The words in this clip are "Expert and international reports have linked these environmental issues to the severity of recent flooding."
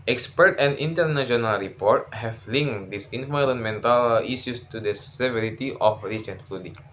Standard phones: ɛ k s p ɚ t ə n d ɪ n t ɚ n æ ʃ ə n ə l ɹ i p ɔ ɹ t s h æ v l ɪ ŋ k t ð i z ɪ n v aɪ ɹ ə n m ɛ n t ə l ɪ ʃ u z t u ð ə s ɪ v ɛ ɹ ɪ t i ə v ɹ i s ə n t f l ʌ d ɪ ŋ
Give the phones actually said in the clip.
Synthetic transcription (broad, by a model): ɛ k s p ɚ t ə n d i n t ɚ n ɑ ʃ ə n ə l ɹ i p ɔ ɹ t h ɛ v l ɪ ŋ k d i s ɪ n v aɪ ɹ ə n m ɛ n t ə l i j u s t u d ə s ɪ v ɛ ɹ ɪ t i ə f ɹ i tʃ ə n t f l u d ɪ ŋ